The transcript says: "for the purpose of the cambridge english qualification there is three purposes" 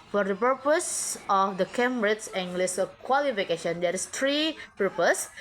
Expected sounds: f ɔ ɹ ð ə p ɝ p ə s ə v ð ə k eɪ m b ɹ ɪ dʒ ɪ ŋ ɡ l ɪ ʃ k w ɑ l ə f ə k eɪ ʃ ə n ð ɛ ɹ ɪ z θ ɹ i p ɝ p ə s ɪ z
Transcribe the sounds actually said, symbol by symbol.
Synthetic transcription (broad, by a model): f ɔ ɹ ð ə p ɝ p ə s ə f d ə k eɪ m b ɹ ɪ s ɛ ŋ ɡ l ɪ s k w ɑ l ə f ə k eɪ ʃ ə n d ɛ ɹ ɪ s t ɹ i p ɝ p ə s